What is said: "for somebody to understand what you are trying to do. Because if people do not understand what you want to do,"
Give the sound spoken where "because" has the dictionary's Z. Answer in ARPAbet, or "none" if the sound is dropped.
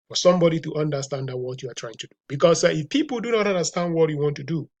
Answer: S